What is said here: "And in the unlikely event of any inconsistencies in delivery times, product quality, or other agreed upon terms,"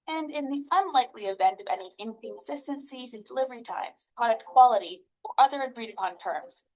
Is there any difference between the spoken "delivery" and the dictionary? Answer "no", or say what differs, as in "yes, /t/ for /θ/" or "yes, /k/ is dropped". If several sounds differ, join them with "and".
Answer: no